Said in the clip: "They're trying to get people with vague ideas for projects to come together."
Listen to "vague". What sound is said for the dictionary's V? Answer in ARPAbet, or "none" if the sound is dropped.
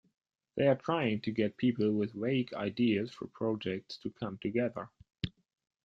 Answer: W